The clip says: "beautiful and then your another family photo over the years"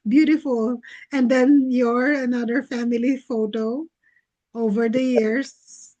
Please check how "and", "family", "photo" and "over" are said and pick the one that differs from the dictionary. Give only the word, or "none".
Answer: none